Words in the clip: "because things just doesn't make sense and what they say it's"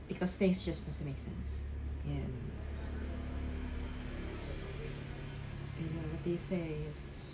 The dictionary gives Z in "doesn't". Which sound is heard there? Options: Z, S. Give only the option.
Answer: S